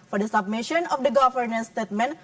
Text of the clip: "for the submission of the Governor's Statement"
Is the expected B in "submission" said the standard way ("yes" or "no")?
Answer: yes